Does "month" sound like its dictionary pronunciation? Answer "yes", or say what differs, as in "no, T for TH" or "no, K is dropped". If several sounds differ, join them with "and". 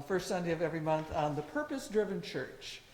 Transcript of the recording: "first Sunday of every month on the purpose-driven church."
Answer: yes